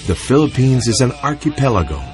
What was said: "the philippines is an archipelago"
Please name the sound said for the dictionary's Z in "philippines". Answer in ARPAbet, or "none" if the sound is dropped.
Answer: Z